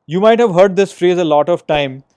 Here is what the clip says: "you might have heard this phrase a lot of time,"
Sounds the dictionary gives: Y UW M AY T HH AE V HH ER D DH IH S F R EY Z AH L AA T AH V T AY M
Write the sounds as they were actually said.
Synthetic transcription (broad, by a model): Y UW M AY T HH AE V HH ER D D IH S F R EY Z AH L AA T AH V T AY M